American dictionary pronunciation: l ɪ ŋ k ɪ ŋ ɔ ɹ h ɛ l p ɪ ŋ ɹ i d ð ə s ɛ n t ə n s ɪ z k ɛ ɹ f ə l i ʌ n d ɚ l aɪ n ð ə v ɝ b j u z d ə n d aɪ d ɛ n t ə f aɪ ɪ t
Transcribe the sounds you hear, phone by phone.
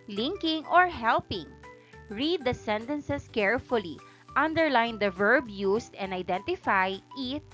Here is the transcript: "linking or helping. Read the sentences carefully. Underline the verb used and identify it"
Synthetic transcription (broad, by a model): l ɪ ŋ k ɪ ŋ ɔ ɹ h ɛ l p ɪ ŋ ɹ i d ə s ɛ n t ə n s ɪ s k ɛ ɹ f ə l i ʌ n d ɚ l aɪ n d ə v ɝ b j u s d ə n d aɪ d ɛ n t ə f aɪ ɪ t